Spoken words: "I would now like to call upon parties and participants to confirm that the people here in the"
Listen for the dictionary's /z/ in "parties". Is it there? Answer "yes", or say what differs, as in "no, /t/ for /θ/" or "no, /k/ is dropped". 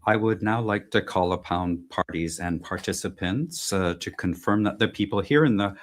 yes